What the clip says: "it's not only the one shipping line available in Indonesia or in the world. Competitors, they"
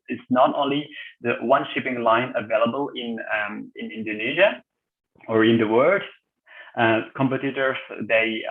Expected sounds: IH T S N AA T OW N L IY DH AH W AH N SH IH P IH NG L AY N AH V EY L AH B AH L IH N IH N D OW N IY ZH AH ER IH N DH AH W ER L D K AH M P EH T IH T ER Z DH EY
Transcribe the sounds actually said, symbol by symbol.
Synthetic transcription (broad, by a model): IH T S N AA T OW N L IY DH AH W AH N SH IH P IH NG L AY N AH V EY L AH B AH L IH N IH N D OW N IY ZH AH ER IH N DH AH W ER D K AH M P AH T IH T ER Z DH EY